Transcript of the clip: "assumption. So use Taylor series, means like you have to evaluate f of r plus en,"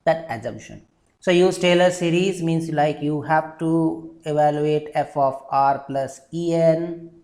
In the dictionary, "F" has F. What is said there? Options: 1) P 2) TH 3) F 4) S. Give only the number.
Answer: 3